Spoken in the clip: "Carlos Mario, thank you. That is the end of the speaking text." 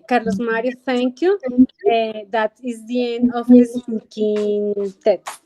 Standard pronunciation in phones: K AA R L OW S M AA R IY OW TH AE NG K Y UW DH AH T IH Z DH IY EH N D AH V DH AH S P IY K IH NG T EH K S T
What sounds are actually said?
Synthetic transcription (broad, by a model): K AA R L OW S M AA R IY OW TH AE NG K Y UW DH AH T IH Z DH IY EH N D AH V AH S IY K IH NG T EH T